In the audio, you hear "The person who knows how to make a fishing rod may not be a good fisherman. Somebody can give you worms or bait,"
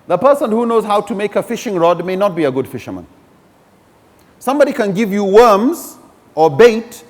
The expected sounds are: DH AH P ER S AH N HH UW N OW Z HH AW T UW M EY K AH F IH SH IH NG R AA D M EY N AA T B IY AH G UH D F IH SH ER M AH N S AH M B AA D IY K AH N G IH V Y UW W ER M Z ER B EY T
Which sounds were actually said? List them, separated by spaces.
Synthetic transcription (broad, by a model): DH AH P ER S AH N HH UW N OW Z HH AW T UW M EY K AH F IH SH IH NG R AA D M EY N AA T B IY AH G UH D F IH SH ER M AH N S AH M B AA D IY K AH N G IH V Y UW W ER M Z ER B EY T